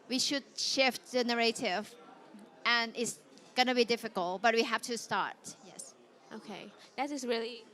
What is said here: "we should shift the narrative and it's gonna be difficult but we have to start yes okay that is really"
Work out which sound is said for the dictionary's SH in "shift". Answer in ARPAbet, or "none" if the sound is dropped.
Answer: SH